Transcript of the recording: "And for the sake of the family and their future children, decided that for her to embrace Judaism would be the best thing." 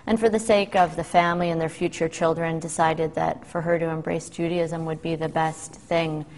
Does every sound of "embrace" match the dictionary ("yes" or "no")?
yes